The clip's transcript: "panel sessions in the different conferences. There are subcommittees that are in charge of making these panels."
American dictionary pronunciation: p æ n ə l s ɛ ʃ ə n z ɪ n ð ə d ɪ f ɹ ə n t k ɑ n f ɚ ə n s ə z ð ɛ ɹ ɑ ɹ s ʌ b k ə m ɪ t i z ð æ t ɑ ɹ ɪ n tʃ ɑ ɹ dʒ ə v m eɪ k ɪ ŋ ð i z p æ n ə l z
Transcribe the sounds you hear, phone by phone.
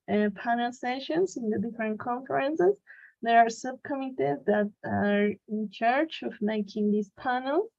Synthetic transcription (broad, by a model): p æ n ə l s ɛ ʃ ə n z ɪ n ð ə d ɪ f ɹ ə n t k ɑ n f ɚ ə n s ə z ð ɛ ɹ ɑ ɹ s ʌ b k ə m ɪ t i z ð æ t ɑ ɹ ɪ n tʃ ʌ ɹ tʃ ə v m eɪ k ɪ ŋ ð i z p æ n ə l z